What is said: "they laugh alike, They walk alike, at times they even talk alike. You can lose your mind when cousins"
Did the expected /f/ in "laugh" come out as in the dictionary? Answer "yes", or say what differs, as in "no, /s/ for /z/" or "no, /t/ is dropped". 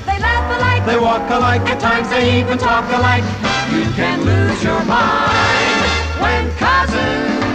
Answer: no, /f/ is dropped